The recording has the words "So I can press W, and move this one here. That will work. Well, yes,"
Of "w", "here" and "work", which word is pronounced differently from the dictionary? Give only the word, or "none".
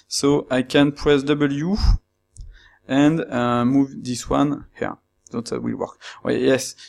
none